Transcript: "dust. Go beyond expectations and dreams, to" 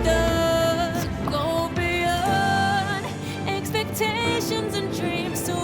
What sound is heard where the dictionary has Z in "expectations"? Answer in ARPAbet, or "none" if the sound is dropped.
Z